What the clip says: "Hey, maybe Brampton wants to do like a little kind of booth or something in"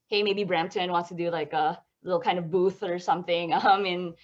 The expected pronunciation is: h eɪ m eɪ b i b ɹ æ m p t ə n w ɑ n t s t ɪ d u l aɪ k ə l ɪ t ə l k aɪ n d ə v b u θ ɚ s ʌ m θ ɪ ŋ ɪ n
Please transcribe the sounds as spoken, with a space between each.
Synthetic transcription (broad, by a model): h eɪ m eɪ b i b ɹ æ m p t ə n w ɑ n t s t ɪ d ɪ l aɪ k ə l ɪ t l k aɪ n d ə v b u θ ɚ s ʌ m θ ɪ ŋ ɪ n